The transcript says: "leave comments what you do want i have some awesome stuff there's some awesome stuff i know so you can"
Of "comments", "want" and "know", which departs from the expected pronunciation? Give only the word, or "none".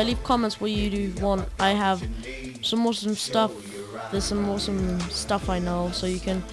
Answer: none